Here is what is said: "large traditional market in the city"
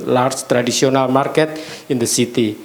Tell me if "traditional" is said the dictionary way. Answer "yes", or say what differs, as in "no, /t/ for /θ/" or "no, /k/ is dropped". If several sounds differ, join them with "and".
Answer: no, /s/ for /ʃ/